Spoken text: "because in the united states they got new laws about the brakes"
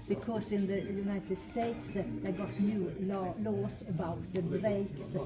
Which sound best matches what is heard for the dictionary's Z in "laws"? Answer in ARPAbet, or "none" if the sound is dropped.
S